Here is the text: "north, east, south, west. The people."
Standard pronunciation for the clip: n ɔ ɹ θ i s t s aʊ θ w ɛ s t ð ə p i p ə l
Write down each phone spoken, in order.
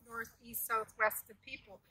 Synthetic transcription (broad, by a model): n ɔ ɹ θ i s t s aʊ θ w ɛ s t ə p i p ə l